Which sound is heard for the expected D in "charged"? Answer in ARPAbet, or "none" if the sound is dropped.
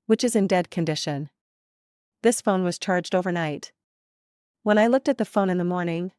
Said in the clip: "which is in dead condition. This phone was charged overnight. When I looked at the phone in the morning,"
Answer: D